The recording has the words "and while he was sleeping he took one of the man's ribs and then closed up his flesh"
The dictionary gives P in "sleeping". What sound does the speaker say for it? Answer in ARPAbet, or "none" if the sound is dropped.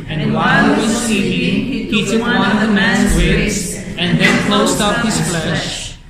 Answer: none